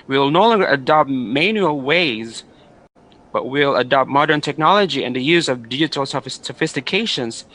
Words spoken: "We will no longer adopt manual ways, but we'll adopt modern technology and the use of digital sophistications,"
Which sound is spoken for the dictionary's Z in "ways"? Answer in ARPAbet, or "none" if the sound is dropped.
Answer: Z